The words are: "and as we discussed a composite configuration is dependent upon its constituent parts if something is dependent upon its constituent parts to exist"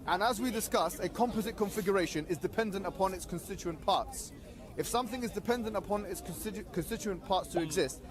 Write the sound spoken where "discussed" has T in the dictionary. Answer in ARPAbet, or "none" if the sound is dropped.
none